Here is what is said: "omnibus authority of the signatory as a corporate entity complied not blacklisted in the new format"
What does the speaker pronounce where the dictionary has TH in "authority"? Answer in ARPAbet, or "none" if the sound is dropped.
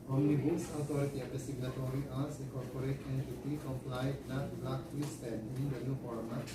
T